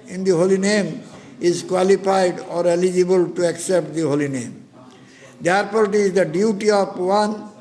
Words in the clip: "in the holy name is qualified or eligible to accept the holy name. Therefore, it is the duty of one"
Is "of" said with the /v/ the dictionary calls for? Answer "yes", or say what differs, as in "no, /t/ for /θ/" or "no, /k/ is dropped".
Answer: no, /p/ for /v/